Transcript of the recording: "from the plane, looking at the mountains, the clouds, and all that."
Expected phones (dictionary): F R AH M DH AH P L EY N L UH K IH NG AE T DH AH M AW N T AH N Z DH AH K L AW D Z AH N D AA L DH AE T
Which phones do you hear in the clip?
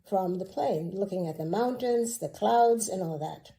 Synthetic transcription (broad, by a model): F R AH M DH AH P L EY N L UH K IH NG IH T DH AH M AW N T AH N Z DH AH K L AW D Z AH N AA L DH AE T